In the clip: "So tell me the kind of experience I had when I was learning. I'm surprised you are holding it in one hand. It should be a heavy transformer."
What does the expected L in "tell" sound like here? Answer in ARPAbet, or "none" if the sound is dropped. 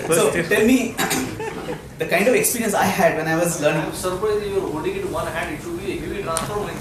L